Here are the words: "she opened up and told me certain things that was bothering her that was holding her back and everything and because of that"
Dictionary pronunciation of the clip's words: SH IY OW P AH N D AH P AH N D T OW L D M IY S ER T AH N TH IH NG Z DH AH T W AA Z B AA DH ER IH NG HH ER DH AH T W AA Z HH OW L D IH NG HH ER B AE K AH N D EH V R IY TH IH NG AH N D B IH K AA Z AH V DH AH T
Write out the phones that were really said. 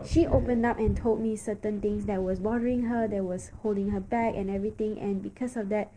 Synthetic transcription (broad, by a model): SH IY OW P AH N D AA P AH N T OW L D M IY S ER T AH N T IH NG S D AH T W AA S B AA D ER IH NG HH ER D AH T W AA S HH OW L D IH NG HH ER B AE K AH N EH V R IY T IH NG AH N B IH K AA S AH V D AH T